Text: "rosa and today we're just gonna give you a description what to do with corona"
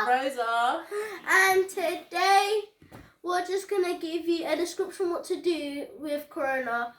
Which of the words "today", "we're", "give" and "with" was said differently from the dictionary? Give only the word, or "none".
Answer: we're